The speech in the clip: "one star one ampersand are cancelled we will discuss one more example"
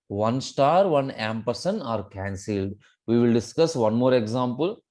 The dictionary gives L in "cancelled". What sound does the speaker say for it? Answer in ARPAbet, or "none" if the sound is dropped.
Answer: L